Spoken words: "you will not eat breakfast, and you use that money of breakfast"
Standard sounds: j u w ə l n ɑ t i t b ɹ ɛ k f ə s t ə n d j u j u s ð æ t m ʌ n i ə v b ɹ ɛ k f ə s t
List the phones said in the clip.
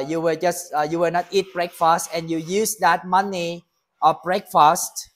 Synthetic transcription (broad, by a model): j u w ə w n ɑ t i t b ɹ ɛ k f ə s t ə n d j u j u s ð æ t m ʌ n i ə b ɹ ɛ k f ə s t